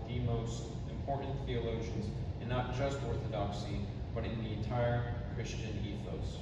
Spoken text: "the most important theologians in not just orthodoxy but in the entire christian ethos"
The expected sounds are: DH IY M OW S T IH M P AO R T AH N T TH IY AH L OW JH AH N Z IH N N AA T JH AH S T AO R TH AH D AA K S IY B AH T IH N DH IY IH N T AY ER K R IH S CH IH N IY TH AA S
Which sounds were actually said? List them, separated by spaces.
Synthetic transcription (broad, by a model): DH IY M OW S T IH M P AO R T N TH IY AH L OW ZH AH N Z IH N N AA T JH AH S T AO R TH AH D AA K S IY B AH T IH N DH IY IH N T AY ER K R IH S CH IH N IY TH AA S